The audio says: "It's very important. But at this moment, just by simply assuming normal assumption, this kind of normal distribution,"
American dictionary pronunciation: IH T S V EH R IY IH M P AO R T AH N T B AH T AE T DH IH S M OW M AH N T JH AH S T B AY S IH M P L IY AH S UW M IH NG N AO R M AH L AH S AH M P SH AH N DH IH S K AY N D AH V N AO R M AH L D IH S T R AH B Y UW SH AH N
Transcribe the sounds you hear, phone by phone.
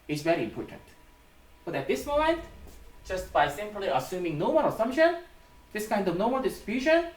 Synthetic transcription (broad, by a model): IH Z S V EH R IY IH M P AO R T AH N T B AH T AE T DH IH S M OW M AH N T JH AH S T B AY S IH M P L IY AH S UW M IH NG N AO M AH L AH S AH M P SH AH N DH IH S K AY N D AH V N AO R M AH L D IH S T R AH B Y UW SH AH N